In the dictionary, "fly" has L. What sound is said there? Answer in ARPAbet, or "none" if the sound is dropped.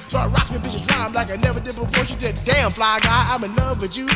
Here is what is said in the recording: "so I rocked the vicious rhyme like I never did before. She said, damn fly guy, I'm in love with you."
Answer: L